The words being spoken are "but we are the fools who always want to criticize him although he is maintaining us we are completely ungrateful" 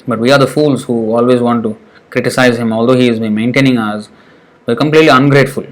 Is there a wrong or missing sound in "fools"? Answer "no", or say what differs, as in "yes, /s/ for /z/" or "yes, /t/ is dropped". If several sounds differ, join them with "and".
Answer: no